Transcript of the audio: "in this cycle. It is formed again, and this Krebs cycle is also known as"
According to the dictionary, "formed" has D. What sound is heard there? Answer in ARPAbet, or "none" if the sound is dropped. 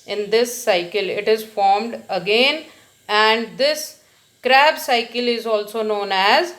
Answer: D